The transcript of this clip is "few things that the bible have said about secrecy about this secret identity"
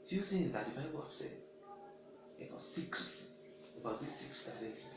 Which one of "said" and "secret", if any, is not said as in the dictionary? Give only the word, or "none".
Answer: said